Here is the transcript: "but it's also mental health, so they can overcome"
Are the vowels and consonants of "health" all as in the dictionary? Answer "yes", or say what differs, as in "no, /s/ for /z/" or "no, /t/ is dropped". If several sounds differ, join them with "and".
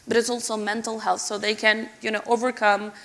yes